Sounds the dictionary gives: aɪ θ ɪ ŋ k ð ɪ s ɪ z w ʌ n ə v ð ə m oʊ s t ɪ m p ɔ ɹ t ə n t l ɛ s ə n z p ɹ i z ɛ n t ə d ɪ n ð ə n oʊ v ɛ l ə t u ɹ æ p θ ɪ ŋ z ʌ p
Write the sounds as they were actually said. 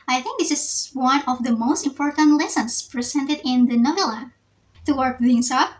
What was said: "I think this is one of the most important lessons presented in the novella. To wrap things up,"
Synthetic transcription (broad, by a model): aɪ θ ɪ ŋ k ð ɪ s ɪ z w ʌ n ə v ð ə m oʊ s t ɪ m p ɔ ɹ t ə n t l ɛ s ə n s p ɹ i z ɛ n t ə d ɪ n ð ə n oʊ v ɛ l ə t u w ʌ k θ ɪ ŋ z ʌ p